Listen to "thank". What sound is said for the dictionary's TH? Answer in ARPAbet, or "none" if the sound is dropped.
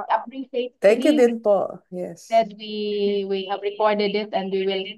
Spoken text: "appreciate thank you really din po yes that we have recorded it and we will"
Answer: T